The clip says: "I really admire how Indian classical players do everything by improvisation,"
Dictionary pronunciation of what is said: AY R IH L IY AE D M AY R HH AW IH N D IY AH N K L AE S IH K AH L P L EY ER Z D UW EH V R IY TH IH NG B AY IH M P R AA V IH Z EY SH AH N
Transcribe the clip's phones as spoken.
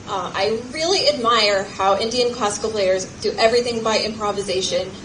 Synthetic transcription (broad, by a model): AY R IH L IY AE D M AY R HH AW IH N D IY AH N K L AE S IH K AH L P L EY ER Z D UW EH V R IY TH IH NG B AY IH M P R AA V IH Z EY SH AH N